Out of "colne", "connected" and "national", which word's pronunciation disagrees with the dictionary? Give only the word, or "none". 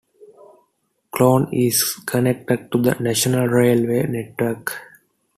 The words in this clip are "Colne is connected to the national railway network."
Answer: colne